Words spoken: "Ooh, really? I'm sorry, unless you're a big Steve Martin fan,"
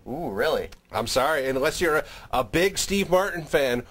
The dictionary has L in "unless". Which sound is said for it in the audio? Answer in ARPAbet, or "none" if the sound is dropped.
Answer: L